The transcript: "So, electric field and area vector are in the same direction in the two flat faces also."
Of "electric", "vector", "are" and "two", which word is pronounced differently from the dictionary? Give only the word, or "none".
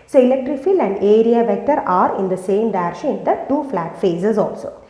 none